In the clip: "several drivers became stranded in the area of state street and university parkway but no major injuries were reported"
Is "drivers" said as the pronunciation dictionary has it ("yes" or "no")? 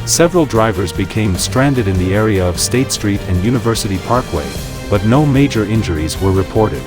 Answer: yes